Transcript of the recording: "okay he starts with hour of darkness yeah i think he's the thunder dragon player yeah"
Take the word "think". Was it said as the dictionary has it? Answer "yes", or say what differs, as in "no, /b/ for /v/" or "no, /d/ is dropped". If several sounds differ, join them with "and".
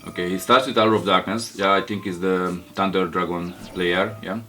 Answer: no, /t/ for /θ/